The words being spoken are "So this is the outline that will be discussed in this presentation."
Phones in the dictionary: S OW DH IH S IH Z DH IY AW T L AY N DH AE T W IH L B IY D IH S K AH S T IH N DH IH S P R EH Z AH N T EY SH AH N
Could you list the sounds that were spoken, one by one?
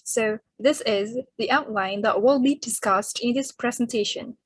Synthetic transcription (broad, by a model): S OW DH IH S IH Z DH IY AW T L AY N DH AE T W IH L B IY D IH S K AH S T IH N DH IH S P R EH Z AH N T EY SH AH N